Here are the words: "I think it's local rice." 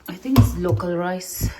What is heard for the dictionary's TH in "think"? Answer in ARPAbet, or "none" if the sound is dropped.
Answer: T